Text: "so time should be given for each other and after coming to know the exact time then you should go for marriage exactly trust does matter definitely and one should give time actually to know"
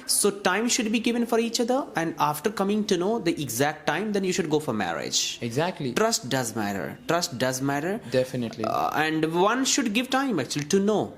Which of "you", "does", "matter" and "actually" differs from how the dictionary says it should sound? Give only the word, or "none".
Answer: none